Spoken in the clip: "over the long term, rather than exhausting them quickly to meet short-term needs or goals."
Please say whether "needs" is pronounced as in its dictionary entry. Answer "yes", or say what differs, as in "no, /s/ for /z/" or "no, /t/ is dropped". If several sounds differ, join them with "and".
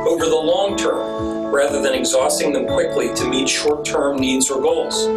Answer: yes